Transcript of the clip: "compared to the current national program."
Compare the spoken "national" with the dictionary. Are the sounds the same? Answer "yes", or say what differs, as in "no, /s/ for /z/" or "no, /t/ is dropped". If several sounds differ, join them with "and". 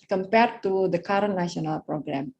no, /ʃ/ is dropped